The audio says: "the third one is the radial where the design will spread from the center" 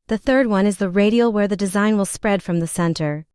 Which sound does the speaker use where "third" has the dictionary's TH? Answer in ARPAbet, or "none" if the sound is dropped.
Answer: TH